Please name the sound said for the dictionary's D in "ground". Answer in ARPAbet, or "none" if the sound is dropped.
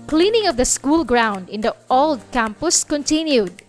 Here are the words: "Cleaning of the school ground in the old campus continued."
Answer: D